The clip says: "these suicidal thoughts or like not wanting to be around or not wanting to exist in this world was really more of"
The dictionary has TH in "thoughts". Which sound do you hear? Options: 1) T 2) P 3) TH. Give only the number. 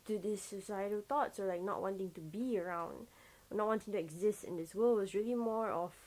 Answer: 1